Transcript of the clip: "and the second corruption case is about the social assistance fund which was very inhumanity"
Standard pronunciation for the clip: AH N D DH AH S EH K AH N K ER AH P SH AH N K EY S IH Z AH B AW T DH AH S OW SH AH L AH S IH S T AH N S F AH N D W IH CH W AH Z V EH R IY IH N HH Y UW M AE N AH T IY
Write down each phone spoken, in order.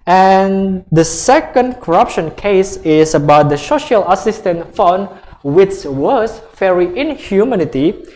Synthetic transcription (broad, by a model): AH N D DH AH S EH K AH N K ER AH P SH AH N K EY S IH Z AH B AW T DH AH S OW SH AH L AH S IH S T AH N F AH N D W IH S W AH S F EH R IY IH N HH Y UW M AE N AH T IY